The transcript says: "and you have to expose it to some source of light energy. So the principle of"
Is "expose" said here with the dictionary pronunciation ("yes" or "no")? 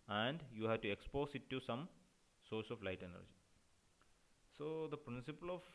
no